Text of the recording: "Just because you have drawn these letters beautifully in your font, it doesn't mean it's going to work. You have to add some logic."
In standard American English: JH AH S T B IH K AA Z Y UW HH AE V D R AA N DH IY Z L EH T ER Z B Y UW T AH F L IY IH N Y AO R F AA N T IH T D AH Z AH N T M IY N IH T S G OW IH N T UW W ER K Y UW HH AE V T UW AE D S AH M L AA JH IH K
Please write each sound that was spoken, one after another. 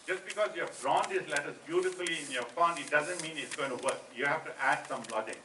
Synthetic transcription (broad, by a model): JH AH S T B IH K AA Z Y UW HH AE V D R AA N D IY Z L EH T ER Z B Y UW T AH F L IY IH N Y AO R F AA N IH T D AH Z AH N T M IY N IH T S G OW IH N T UW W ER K Y UW HH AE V T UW AE D S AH M L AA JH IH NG